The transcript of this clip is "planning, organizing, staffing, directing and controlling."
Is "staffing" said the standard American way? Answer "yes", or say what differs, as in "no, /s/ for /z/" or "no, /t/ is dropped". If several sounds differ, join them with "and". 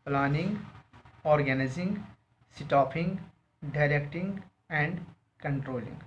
no, /p/ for /f/